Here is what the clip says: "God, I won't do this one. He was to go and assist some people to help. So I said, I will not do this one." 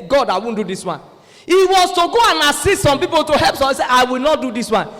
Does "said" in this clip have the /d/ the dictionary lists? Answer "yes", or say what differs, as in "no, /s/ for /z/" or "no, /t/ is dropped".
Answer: no, /d/ is dropped